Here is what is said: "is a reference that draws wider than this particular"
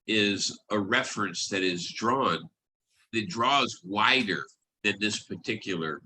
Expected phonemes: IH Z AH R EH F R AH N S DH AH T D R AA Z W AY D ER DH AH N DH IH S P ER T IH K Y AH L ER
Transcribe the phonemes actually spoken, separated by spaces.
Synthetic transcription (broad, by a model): IH Z AH R EH F R AH N S DH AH T D R AA Z W AY D ER DH AH N DH IH S P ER T IH K Y L ER